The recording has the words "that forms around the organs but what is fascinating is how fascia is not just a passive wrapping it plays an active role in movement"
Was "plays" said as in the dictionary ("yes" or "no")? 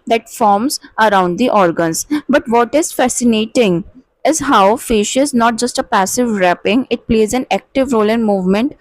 yes